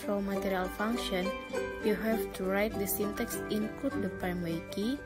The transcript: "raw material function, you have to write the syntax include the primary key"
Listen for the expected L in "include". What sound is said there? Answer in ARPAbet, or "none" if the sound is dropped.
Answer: none